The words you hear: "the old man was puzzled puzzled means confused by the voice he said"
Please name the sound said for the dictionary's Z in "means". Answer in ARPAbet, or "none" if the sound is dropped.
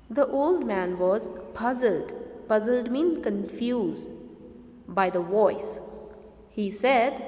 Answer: none